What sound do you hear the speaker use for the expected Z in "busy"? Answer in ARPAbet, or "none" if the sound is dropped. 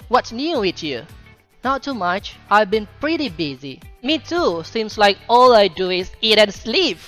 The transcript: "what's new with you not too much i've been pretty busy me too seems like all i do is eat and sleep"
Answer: Z